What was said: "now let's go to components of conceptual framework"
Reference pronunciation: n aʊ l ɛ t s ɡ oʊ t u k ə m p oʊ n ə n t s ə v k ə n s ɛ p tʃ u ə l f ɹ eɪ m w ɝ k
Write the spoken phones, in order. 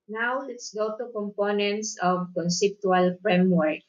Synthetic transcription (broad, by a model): n aʊ l ɛ t s ɡ oʊ t u k ə m p oʊ n ə n t s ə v k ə n s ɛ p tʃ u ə l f ɹ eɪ m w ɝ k